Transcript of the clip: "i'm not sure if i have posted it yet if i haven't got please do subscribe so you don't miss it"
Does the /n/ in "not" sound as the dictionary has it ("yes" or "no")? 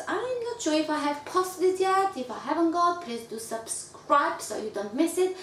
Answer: no